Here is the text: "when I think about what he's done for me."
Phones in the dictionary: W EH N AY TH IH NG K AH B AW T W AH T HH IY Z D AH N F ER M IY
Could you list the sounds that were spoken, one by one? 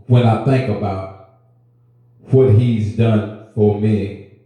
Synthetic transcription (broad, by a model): W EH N AY TH IH NG K AH B AW T W AH T HH IY Z D AH N F ER M IY